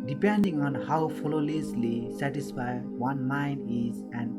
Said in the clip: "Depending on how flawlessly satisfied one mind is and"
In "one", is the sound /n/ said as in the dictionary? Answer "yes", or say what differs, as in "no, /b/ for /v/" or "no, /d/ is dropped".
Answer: yes